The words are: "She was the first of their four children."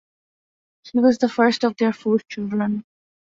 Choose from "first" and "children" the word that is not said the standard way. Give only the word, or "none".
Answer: none